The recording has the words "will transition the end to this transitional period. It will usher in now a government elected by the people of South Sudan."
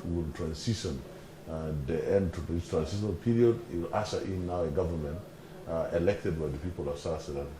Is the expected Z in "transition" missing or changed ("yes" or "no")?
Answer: yes